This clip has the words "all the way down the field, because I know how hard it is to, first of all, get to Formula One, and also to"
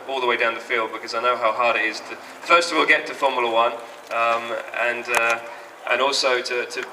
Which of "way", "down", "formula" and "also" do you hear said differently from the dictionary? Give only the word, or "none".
formula